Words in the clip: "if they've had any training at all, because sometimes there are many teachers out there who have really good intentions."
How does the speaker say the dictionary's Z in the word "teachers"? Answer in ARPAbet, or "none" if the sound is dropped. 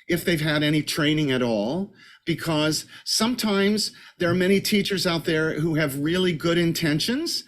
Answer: Z